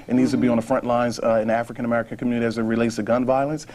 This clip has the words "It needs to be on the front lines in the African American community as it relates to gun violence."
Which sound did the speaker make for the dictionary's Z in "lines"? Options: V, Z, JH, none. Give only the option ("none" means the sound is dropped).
Z